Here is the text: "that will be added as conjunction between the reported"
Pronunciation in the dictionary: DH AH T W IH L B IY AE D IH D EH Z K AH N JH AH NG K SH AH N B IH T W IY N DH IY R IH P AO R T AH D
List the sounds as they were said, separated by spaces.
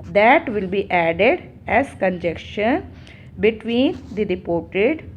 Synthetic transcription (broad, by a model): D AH T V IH L B IY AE D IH D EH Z K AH N JH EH K SH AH N B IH T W IY N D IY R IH P AO R T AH D